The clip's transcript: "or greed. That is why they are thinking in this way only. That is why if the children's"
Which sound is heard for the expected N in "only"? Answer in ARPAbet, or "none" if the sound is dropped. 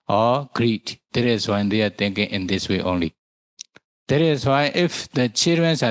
N